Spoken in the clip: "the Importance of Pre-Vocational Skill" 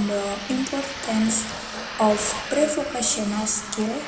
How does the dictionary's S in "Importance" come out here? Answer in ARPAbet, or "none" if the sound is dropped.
S